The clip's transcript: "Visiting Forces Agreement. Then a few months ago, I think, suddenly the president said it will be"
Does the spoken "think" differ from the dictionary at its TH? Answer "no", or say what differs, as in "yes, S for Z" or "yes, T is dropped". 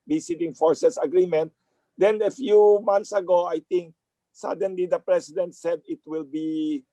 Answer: yes, T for TH